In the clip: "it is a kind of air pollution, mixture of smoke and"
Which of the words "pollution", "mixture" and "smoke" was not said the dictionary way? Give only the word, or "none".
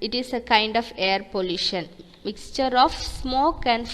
none